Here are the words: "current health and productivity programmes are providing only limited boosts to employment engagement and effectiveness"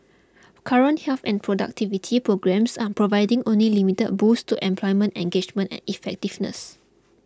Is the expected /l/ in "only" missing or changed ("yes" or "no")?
no